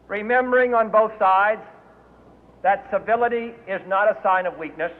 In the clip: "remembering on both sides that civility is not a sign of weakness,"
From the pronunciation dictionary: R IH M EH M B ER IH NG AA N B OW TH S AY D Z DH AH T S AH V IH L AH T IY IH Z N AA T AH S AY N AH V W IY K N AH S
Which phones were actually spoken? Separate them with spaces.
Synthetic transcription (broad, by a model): R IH M EH M B ER IH NG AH N B OW TH S AY D Z DH AH T S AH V IH L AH T IY IH Z N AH T AH S AY N AH V W IY K N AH S